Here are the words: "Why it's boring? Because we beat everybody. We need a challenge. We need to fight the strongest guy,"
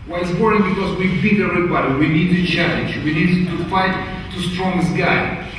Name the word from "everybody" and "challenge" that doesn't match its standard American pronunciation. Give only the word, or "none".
everybody